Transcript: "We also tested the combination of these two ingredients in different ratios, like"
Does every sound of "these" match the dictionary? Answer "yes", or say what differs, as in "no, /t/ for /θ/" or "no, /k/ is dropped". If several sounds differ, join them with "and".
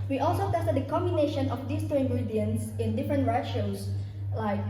no, /s/ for /z/